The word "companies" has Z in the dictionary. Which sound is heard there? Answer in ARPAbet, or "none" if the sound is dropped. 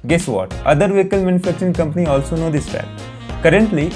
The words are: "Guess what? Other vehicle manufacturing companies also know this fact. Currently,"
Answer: none